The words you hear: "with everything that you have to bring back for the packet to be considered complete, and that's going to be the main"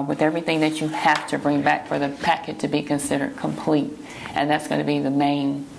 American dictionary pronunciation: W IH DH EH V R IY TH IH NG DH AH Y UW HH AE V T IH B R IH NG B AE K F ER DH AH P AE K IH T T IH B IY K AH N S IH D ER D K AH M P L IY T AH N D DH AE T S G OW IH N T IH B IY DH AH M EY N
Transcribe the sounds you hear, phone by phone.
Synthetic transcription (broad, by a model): W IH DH EH V R IY TH IH NG DH AH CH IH HH AE F T IH B R IH NG B AE K F ER DH AH P AE K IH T T IH B IY K AH N S IH D ER D K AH M P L IY T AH N DH AE T S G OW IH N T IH B IY DH AH M EY N